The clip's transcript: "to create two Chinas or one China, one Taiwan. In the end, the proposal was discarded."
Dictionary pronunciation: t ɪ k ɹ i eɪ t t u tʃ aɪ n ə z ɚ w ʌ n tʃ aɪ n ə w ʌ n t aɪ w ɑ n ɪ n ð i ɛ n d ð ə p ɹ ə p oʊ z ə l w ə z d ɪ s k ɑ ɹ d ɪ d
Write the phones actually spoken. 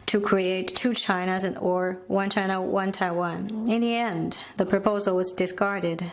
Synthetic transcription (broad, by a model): t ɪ k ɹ i eɪ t t u tʃ aɪ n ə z ɚ w ʌ n tʃ aɪ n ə w ʌ n t aɪ w ɑ n ɪ n ð i ɛ n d ð ə p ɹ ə p oʊ z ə l w ə z d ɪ s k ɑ ɹ d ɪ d